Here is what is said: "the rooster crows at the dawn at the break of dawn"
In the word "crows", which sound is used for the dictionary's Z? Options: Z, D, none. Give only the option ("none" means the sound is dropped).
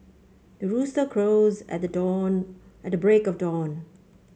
Z